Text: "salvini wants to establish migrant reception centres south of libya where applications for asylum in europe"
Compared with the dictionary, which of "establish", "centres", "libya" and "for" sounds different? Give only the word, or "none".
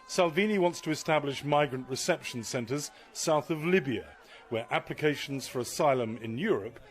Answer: none